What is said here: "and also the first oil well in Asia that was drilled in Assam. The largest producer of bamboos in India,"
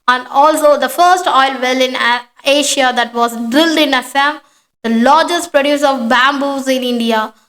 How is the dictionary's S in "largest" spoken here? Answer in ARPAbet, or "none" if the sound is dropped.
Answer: S